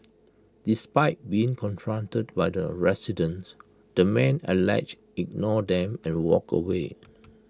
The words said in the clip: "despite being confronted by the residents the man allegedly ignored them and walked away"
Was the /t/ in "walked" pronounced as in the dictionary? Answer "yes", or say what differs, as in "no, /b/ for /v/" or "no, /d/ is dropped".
no, /t/ is dropped